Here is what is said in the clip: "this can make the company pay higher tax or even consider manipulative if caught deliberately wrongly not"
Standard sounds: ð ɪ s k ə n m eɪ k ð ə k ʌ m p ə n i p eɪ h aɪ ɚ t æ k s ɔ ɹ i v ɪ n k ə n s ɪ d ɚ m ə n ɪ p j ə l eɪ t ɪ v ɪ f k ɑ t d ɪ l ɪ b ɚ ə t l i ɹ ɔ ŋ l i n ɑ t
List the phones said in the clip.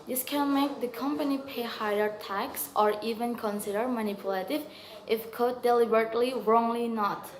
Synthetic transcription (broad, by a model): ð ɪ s k ə n m eɪ k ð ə k ʌ m p ə n i p eɪ h aɪ ɚ t æ k s ɔ ɹ i v ɪ n k ə n s ɪ d ɚ m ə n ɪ p j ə l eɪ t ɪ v ɪ f k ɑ d ɪ l ɪ b ɚ ə t l i ɹ ɔ ŋ l i n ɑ t